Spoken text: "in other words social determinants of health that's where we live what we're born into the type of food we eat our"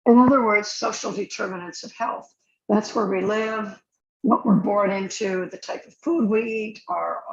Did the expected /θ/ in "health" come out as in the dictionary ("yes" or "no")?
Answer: yes